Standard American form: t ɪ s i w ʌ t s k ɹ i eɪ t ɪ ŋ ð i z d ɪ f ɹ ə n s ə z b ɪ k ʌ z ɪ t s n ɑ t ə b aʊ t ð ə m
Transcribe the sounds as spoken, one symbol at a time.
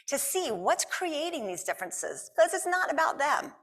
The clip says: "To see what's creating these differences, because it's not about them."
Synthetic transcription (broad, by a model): t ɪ s i w ʌ t s k ɹ i eɪ t ɪ ŋ ð i z d ɪ f ɹ ə n s ə z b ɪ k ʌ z ɪ t s n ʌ t ə b aʊ t ð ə m